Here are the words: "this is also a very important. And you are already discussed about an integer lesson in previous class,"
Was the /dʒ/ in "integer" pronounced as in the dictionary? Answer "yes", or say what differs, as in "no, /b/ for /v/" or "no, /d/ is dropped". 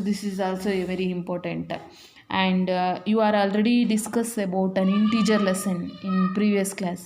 no, /tʃ/ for /dʒ/